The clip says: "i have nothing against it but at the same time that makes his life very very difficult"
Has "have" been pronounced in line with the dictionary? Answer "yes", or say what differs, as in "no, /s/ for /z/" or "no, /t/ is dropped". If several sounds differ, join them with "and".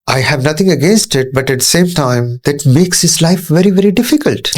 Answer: yes